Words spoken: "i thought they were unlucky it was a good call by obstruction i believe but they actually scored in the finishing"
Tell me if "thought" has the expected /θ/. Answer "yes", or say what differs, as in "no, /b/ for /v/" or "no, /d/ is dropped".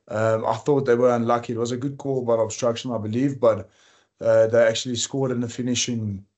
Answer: yes